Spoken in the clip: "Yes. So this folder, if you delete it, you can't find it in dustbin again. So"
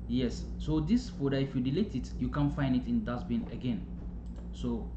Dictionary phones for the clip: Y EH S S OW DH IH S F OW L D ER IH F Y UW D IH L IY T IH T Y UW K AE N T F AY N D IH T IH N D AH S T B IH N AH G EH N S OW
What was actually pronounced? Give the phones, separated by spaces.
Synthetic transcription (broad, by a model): Y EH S S OW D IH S F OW D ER IH F Y UW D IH L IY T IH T Y UW K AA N F AY N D IH T IH N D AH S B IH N AH G EH N S OW